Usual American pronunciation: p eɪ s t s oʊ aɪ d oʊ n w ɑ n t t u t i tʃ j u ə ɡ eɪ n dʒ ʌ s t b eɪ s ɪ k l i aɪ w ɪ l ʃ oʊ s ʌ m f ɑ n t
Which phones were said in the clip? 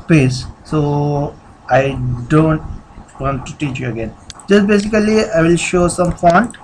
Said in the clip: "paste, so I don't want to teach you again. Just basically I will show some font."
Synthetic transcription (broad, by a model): p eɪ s s oʊ aɪ d oʊ n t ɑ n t t u t i tʃ j u ə ɡ eɪ n dʒ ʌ s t b eɪ s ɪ k l i aɪ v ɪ l ʃ oʊ s ʌ m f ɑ n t